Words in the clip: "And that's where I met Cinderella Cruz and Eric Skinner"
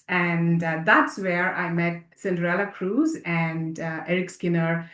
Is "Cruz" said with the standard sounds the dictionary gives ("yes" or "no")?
yes